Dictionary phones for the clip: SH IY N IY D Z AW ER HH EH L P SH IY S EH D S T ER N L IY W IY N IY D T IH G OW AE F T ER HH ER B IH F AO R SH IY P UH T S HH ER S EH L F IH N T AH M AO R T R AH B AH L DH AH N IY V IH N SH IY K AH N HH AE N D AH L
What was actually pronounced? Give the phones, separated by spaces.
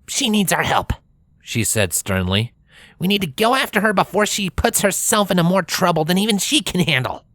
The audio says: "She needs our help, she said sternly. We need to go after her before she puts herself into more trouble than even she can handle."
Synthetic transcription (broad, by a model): SH IY N IY D Z AW ER HH EH L P SH IY S EH D S T ER N L IY W IY N IY D T IH G OW AE F T ER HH ER B IH F AO R SH IY P UH T S HH ER S EH L F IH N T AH M AO R T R AH B L DH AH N IY V IH N SH IY K AH N HH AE N D L